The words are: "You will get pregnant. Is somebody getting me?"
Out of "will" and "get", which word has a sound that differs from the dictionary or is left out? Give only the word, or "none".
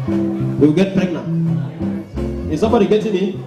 will